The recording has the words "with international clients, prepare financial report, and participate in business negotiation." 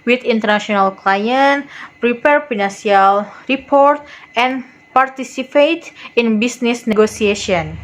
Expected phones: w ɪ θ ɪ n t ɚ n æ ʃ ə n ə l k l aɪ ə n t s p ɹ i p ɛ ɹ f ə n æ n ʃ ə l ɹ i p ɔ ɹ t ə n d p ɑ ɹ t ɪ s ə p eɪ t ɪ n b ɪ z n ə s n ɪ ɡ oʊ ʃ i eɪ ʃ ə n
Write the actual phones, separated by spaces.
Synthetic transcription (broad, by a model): w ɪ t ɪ n t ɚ n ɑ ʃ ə n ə l k l aɪ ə n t p ɹ i p ɛ ɹ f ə n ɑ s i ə l ɹ i p ɔ ɹ t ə n p ɑ ɹ t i s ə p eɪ t ɪ n b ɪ s n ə s n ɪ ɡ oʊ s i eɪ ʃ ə n